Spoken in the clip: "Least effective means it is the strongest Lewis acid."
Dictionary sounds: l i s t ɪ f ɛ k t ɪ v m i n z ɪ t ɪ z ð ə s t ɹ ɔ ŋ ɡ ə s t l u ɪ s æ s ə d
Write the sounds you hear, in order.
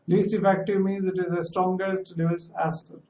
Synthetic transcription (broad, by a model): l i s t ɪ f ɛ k t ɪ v m i n z ɪ t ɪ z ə s t ɹ ɔ ŋ ɡ ə s t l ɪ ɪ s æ s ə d